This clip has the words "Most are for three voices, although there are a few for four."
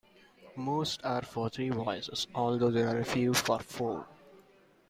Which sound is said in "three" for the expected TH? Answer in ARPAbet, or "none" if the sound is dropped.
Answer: T